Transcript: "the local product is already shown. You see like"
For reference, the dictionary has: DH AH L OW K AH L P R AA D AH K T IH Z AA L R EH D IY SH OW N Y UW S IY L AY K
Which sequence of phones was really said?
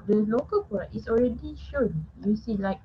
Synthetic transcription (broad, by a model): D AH L OW K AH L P AA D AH T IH S AA L R EH D IY SH OW N Y UW S IY L AY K